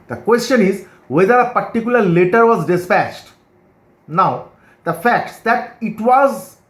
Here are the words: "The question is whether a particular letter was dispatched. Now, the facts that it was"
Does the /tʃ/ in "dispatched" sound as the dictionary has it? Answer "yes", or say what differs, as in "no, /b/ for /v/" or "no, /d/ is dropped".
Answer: yes